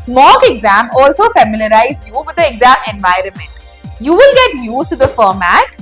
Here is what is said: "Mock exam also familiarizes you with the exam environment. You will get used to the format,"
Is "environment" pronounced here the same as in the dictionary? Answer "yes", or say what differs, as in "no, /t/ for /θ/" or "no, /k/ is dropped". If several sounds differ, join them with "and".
yes